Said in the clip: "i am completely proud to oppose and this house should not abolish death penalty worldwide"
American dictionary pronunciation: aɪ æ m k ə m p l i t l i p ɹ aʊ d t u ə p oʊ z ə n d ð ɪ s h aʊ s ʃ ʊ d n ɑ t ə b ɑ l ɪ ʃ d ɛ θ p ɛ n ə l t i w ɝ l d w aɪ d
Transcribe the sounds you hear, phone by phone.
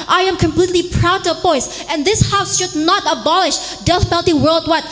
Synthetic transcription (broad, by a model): aɪ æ m k ə m p l i t l i p ɹ aʊ d t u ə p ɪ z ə n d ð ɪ s h aʊ s ʃ ʊ d n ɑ t ə b ɑ l ɪ ʃ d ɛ f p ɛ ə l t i w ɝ l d w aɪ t